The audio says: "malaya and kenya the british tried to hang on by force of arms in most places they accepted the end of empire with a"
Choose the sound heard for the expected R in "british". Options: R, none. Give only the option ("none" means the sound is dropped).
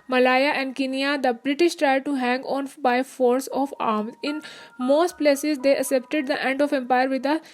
R